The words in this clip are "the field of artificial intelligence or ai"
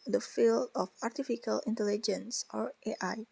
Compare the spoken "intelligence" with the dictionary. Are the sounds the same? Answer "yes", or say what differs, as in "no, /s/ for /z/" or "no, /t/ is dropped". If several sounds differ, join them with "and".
yes